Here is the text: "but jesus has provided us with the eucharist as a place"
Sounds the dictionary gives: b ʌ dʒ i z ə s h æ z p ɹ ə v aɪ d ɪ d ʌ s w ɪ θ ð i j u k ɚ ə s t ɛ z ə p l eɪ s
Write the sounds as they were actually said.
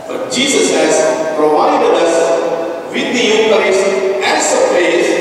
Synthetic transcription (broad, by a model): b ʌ dʒ i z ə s h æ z p ɹ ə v aɪ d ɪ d ʌ s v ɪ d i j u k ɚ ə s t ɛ s ə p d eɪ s